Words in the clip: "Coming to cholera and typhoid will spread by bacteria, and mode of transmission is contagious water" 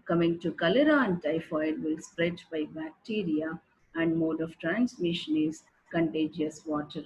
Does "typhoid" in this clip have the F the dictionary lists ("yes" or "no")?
yes